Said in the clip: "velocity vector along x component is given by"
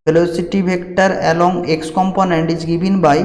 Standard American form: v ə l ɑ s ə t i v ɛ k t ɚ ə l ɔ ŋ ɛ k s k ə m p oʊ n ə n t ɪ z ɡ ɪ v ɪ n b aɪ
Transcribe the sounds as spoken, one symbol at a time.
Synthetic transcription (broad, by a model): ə l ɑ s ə t i b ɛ k t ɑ ə l ɔ ŋ ɛ k s k ə m p oʊ n ə n t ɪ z ɡ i b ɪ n b aɪ